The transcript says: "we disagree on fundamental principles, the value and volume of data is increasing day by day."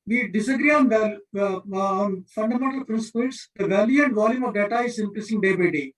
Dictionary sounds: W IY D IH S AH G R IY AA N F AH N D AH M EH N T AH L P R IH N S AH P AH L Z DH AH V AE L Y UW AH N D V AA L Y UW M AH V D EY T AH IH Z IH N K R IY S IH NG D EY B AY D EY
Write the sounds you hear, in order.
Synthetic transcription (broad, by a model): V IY D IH S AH G R IY AA N F AH N D AH M EH N T AH L P R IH N S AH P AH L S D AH V AE L Y UW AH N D V AA L Y UW M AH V D EY T AH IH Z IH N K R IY S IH NG D EY B AY D EY